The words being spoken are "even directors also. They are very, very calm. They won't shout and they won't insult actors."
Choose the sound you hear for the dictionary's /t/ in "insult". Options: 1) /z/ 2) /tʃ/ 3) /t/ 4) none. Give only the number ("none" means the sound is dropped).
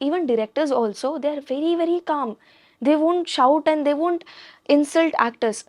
3